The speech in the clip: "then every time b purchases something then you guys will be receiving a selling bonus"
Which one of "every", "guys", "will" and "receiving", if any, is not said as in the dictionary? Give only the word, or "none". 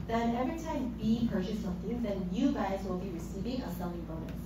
every